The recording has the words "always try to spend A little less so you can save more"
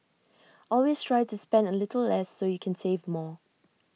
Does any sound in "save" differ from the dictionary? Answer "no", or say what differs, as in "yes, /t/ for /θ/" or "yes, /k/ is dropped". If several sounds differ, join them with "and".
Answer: no